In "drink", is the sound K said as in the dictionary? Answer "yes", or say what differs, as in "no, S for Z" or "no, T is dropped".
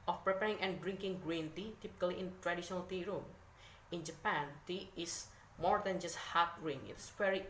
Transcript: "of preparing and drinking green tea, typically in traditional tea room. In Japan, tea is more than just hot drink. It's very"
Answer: no, K is dropped